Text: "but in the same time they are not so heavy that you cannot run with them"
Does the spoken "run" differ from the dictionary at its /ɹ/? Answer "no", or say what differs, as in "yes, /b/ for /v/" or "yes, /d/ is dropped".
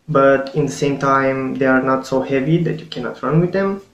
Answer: no